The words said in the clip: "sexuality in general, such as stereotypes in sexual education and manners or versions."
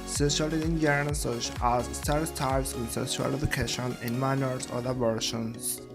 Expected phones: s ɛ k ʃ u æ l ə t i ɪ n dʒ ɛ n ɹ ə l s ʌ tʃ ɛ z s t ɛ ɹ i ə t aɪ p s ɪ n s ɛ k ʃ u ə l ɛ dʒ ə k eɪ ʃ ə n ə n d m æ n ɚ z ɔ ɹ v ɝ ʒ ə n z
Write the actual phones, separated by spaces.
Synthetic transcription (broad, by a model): s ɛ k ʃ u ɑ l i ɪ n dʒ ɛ ɹ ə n s ʌ tʃ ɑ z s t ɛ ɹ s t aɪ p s ɪ n s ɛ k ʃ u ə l ɛ dʒ ə k eɪ ʃ ə n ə n m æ n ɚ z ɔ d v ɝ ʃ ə n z